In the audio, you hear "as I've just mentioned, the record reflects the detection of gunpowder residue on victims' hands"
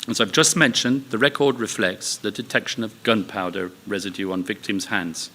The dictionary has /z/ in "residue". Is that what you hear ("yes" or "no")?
yes